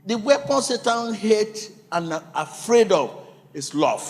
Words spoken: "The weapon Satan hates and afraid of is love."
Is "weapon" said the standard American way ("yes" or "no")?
yes